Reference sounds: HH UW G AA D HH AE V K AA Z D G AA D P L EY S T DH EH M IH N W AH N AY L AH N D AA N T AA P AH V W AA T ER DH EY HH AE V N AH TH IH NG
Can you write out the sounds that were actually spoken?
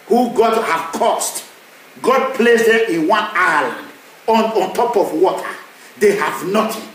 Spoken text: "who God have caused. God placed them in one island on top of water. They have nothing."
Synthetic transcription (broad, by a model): HH UW G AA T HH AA K AA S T G AA D P L EY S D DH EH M IH N W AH N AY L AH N AA N T AA P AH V W AA T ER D EY HH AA V N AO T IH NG